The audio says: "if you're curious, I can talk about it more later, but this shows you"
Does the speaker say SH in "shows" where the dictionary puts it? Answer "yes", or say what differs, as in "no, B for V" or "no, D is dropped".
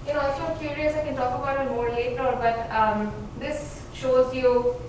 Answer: yes